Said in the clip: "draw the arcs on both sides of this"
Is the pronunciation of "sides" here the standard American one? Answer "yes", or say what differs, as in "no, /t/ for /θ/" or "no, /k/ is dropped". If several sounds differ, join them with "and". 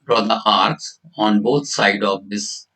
no, /z/ is dropped